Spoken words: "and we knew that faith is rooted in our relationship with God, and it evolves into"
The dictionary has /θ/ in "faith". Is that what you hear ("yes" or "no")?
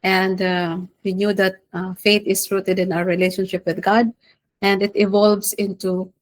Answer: no